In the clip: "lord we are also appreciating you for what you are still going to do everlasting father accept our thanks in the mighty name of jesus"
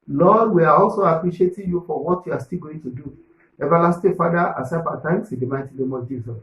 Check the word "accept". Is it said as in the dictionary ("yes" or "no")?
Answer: no